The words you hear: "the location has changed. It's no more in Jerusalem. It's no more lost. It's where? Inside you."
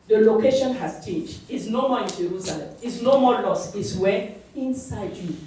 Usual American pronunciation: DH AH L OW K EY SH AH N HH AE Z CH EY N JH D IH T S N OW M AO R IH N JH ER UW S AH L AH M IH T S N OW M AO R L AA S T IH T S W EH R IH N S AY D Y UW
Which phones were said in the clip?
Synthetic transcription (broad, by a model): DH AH L OW K EY SH AH N HH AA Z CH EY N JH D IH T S N OW M AO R IH N JH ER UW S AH L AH M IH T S N OW M AO L AA S IH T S W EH IH N S AY D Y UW